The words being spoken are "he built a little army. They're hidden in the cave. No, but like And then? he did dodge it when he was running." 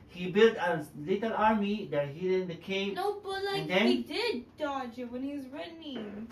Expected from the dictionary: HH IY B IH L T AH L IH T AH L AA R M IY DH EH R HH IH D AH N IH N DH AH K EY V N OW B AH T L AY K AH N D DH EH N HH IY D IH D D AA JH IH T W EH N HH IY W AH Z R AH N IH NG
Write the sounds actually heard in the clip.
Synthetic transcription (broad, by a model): HH IY B IH L T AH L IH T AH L AA R M IY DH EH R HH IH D IH N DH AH K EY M N OW B AH T L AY AH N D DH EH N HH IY D IH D D AA JH IH T W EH N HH IY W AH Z R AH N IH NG